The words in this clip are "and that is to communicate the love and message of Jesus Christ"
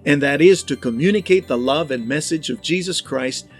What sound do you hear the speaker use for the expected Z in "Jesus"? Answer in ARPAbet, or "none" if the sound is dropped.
Z